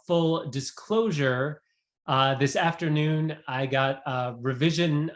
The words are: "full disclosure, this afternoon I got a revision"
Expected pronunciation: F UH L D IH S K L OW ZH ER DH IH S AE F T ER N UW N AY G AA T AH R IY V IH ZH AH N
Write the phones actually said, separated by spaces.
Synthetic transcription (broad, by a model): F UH L D IH S K L OW ZH ER DH IH S AE F T ER N UW N AY G AA T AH R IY V IH ZH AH N